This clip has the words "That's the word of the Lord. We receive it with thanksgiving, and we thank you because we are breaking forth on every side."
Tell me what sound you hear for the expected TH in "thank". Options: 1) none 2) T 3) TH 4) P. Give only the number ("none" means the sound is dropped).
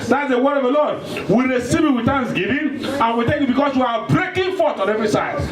2